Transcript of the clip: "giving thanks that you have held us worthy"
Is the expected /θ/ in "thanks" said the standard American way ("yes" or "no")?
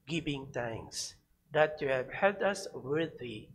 no